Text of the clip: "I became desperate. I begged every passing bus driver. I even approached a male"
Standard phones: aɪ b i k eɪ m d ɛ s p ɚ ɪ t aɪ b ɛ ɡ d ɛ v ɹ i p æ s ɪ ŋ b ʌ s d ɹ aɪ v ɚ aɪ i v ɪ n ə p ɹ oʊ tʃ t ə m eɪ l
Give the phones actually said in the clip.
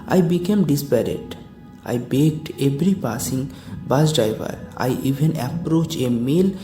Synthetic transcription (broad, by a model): aɪ b i k eɪ m d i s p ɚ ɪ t aɪ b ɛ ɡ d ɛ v ɹ i p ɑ s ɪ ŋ b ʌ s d ɹ aɪ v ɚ aɪ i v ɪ n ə p ɹ oʊ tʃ ə m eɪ l